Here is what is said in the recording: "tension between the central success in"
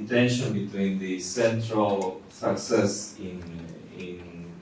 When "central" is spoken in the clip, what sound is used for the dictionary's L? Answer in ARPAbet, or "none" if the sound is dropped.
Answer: L